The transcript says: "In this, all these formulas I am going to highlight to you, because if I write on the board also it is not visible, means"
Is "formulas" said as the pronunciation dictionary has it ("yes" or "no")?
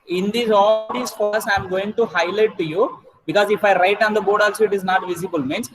no